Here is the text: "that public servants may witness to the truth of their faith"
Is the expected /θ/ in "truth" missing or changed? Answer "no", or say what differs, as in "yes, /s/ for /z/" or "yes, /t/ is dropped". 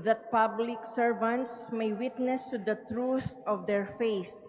yes, /s/ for /θ/